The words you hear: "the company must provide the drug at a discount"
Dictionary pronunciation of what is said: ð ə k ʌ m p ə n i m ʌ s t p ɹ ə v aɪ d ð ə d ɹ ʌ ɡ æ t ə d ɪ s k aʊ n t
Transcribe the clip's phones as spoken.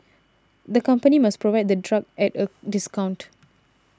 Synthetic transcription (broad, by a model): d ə k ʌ m p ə n i m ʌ s p ɹ ə v aɪ d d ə d ɹ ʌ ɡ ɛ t ə d ɪ s k aʊ n t